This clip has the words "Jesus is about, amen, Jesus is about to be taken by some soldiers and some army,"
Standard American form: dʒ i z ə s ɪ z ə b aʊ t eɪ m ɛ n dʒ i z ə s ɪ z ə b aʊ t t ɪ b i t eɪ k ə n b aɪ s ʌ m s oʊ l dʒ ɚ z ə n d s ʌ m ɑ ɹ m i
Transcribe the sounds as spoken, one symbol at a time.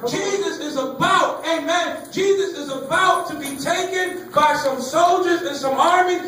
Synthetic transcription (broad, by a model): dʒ i z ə s ɪ z ə b aʊ t eɪ m ɛ n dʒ i z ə s ɪ z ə b aʊ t t ɪ b i t eɪ k ə n b aɪ s ʌ m s oʊ l dʒ ɚ z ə n s ʌ m ɑ ɹ m i